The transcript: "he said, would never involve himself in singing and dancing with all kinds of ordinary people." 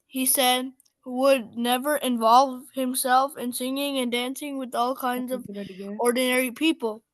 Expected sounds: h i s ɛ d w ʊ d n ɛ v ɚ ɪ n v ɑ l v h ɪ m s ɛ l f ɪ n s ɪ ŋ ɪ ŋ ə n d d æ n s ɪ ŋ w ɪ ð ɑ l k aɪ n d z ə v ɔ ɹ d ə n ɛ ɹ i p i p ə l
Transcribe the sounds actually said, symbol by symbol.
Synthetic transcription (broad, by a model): h i s ɛ d w ʊ d n ɛ v ɚ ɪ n v ɑ l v h ɪ m s ɛ l f ɪ n s ɪ ŋ ɪ ŋ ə n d d æ n s ɪ ŋ w ɪ ð ɑ l k aɪ n d z ə v ɔ ɹ d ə n ɛ ɹ i p i p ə l